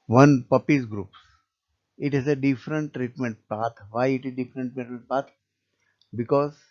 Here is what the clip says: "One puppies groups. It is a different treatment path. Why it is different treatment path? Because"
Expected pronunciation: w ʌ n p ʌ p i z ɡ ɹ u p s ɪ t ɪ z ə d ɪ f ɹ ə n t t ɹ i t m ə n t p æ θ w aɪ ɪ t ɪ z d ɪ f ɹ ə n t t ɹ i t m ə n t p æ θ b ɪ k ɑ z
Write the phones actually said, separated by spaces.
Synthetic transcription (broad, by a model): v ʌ n p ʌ p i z ɡ ɹ u p s ɪ t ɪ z ə d ɪ f ɹ ə n t t ɹ i t m ə n t p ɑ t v aɪ ɪ t ɪ z d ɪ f ɹ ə n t t ɹ i t m ə n t p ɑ t b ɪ k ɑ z